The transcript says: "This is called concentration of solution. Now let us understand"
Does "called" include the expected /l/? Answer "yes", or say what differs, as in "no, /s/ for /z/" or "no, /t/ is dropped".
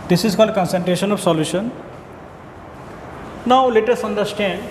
yes